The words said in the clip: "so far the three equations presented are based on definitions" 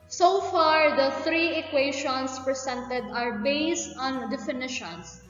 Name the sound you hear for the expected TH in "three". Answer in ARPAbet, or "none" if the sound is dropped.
T